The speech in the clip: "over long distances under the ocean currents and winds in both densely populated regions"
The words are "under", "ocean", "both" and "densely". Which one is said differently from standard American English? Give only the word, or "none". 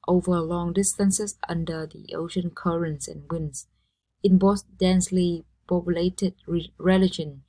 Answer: both